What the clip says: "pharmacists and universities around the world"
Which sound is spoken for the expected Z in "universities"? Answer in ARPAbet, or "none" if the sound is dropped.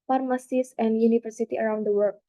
none